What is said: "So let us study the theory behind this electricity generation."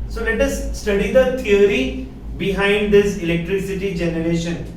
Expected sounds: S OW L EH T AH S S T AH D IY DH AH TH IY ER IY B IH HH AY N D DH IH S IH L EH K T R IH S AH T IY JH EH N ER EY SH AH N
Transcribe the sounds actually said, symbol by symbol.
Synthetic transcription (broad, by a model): S OW L EH T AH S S T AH D IY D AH T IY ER IY B IH HH AY N D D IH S IH L EH K T R IH S AH T IY JH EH N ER EY SH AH N